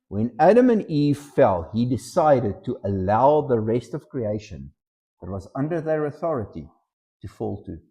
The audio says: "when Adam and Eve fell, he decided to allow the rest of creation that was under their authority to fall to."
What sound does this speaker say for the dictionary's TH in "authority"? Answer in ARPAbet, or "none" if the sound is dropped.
TH